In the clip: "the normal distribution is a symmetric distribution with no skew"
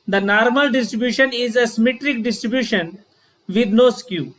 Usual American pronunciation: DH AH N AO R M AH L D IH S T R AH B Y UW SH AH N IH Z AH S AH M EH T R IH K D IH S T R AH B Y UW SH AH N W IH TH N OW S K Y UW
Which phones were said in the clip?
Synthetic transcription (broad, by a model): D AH N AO R M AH L D IH S T R AH B Y UW SH AH N IH Z AH S AH M EH T R IH K D IH S T R AH B Y UW SH AH N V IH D N OW S K Y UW